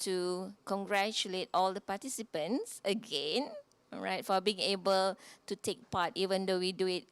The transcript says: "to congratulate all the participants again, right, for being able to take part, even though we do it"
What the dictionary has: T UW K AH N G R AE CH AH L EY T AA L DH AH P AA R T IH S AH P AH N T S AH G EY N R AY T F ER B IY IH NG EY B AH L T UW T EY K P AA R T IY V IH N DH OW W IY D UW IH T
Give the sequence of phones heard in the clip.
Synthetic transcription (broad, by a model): T UW K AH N G R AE CH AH L EY T AA L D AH P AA T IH S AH P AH N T S AH G EY N R AY T F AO B IY IH NG EY B AH L T UW T EY K P AA T IY V IH N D OW W IY D UW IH T